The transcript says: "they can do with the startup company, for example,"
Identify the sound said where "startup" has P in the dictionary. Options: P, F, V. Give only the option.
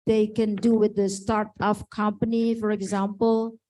F